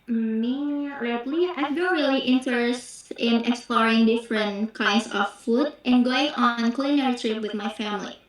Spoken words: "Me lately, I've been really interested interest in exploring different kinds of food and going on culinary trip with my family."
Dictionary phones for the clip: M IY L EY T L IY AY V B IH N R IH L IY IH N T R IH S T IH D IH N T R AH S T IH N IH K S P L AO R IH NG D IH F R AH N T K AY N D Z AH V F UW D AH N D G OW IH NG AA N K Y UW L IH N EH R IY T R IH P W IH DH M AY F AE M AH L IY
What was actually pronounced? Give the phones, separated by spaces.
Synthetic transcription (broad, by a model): M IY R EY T L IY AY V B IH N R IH L IY T IH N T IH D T R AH S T IH N IH K S P L AO R IH NG D IH F R AH N T K AY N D S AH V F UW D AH N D G OW IH NG AA N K L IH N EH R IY T R IH P W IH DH M AY F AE M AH L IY